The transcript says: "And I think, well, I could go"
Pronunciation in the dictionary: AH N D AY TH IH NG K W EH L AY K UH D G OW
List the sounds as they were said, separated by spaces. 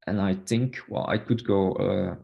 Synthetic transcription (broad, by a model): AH N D AY TH IH NG K W EH L AY K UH D G OW